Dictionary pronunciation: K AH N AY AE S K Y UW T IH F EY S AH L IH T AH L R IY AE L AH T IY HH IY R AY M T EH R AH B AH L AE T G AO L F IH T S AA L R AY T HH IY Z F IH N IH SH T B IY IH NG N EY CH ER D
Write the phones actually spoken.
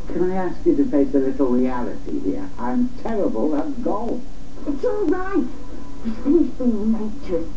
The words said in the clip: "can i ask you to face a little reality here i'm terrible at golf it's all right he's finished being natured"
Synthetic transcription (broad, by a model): K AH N AY AE S K Y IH T IH P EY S AH L IH T L R IY AE L AH T IY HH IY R AY M T EH R AH B AH L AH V G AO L IH T S AA L R AY T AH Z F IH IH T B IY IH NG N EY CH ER